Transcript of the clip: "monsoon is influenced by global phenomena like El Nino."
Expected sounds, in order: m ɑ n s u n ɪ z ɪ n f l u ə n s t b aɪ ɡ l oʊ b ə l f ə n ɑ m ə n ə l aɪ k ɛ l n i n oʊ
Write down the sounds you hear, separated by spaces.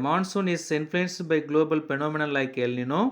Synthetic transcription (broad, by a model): m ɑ n s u n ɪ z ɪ n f l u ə n s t b aɪ ɡ l oʊ b ə l p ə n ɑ m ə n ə l aɪ k ɛ l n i n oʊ